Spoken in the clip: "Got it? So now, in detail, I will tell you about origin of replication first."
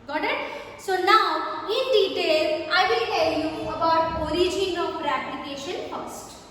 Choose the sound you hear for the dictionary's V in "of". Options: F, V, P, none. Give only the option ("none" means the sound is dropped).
P